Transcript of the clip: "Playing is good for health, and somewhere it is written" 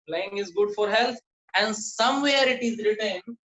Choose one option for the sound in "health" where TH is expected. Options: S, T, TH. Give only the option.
T